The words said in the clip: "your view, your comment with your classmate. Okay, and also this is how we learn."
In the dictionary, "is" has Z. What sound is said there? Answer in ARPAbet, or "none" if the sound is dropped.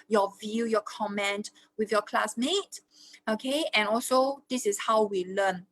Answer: S